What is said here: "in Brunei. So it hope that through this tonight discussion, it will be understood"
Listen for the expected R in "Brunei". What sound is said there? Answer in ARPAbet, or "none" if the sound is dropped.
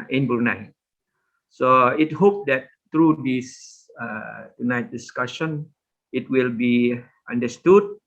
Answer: none